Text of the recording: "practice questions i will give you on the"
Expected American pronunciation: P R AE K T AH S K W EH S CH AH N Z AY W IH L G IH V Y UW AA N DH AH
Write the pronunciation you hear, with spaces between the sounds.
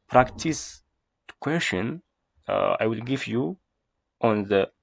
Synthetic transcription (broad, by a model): P R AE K T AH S K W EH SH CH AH N AY W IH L G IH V Y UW AA N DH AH